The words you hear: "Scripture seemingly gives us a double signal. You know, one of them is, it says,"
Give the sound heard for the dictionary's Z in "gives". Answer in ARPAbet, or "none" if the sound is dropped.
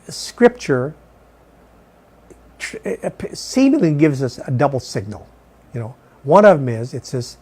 Z